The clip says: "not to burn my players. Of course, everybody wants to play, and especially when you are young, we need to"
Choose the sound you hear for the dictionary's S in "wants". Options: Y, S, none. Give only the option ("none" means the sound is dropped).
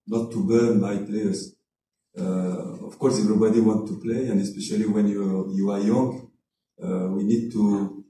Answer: none